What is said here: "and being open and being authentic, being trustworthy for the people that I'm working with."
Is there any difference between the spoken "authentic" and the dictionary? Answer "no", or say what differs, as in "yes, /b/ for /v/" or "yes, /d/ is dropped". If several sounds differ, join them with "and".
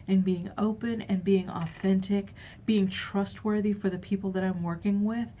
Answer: no